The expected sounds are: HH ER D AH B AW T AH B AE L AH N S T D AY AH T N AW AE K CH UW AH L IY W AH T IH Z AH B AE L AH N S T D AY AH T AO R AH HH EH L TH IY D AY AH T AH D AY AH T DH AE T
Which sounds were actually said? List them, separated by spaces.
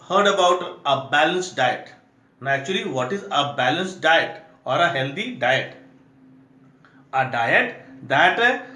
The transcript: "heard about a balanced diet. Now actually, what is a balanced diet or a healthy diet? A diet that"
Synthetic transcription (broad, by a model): HH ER D AH B AW T AH B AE L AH N S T D AY AH T N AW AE CH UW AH L IY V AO T IH Z AH B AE L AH N S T D AY AH T AO R AH HH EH L T IY D AY AH T AH D AY AH T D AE T